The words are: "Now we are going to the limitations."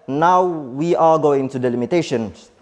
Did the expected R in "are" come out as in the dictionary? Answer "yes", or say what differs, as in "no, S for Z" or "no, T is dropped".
no, L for R